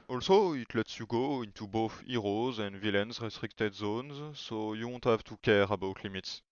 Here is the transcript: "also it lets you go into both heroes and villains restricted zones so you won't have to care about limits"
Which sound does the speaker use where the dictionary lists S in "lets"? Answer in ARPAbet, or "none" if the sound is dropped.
S